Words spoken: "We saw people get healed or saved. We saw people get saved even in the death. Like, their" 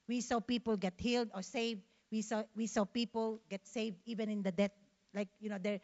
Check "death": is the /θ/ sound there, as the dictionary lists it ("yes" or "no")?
no